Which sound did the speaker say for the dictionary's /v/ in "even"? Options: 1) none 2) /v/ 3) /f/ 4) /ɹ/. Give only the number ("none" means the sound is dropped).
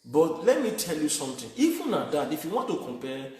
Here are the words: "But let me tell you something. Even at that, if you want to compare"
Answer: 3